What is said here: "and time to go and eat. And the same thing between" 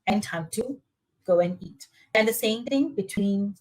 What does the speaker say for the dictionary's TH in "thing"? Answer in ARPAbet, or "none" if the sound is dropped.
T